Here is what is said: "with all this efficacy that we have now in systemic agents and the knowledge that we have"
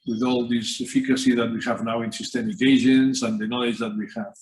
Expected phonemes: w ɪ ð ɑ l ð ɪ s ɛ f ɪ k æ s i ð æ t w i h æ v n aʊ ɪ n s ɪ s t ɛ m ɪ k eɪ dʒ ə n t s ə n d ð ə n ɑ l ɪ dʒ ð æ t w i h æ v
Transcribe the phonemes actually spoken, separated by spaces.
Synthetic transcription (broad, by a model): w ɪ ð ɑ l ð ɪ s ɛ f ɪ k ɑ s i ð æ t w i h æ v n aʊ ɪ n s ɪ s t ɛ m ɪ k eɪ ʒ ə n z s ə n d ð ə n ɑ l ɪ dʒ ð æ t w i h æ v